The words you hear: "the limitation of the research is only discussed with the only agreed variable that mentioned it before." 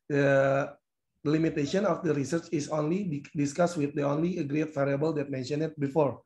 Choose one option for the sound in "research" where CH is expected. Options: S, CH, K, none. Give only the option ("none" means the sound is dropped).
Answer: CH